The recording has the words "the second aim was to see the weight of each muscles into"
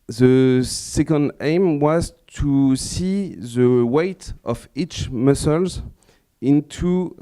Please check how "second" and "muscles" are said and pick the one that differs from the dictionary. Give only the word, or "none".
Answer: none